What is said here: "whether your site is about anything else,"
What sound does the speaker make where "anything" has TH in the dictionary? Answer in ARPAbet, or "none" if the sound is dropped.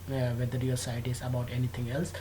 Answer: T